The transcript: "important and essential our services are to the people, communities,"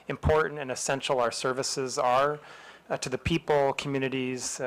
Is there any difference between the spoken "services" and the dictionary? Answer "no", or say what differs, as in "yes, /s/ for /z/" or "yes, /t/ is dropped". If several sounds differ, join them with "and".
no